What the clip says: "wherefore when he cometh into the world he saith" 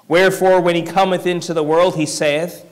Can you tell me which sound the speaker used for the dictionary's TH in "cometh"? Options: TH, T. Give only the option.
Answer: TH